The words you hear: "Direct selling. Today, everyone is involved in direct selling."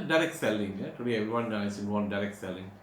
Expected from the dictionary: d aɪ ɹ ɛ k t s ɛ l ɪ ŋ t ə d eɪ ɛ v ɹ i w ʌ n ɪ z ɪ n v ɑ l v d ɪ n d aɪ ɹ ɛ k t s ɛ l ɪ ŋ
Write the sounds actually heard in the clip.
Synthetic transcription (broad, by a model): d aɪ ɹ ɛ k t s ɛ l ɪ ŋ t ə d eɪ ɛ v ɹ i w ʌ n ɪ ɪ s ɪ n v ɪ n d aɪ ɹ ɛ k t s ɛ l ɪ ŋ